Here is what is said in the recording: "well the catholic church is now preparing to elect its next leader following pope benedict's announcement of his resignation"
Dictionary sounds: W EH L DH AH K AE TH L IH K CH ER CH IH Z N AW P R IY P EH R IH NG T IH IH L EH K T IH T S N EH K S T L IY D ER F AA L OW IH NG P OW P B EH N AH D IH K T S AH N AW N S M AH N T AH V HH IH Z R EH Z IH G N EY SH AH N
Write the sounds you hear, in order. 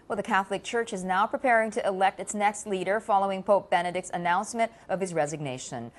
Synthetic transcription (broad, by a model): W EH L DH AH K AE TH L IH K CH ER CH IH Z N AW P R IY P EH R IH NG T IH IH L EH K T IH T S N EH K S T L IY D ER F AA L OW IH NG P OW P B EH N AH D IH K T S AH N AW N S M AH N T AH V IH Z R EH Z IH G N EY SH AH N